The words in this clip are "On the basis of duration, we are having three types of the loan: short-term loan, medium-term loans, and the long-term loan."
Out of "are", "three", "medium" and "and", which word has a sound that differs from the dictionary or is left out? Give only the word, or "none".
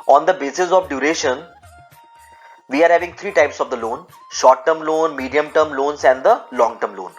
three